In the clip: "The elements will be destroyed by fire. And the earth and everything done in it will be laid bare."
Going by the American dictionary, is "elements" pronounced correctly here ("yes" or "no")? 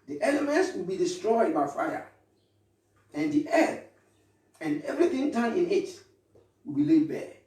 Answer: yes